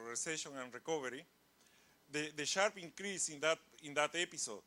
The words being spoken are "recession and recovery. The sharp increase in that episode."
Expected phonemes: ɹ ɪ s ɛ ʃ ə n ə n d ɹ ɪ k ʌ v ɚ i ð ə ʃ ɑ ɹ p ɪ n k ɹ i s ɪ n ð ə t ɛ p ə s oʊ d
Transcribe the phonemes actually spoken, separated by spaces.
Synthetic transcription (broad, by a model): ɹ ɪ s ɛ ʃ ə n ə n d ɹ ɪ k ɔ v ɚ i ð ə ʃ ɑ ɹ p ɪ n k ɹ i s ɪ n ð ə t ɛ p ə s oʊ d